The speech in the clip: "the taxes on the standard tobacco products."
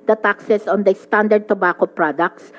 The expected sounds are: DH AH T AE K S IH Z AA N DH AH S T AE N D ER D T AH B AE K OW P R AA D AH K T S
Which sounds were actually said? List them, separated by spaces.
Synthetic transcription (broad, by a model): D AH T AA K S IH S AA N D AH S T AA N D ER D T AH B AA K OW P R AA D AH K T S